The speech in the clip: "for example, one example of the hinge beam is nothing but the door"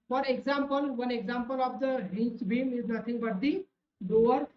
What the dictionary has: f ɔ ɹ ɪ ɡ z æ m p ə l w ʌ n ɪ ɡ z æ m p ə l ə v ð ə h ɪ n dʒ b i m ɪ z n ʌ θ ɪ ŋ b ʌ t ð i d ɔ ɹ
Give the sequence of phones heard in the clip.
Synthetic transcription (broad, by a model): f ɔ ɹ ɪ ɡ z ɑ m p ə l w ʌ n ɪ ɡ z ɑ m p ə l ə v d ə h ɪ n tʃ b i m ɪ z n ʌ t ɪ ŋ b ʌ t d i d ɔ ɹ